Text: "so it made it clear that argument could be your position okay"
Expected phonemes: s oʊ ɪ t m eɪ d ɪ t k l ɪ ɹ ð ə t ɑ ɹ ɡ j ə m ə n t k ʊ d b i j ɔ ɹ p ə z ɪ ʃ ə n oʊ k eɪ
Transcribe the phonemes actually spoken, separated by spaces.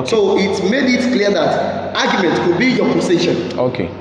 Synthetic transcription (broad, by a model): s oʊ ɪ t m eɪ d ɪ t k l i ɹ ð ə t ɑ ɡ j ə m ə n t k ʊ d b i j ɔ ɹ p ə s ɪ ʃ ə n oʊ k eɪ